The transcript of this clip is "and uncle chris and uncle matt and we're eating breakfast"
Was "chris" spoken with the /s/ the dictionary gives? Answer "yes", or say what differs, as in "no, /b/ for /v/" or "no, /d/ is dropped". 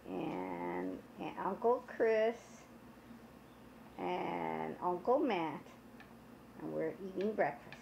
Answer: yes